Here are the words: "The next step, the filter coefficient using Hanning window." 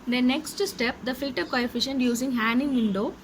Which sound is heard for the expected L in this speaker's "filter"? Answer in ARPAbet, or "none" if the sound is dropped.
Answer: none